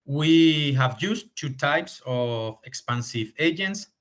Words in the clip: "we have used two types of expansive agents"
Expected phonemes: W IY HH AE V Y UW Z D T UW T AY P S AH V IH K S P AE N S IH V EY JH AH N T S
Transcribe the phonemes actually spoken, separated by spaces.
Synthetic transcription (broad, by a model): W IY HH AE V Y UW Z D T UW T AY P S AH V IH K S P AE N S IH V EY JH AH N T S